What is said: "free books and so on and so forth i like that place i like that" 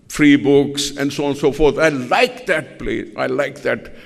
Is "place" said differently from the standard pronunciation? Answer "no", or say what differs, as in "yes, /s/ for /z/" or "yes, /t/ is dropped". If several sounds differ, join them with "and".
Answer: yes, /s/ is dropped